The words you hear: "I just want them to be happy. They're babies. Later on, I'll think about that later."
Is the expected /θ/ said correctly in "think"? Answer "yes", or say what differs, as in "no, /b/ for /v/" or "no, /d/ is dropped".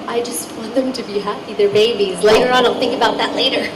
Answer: yes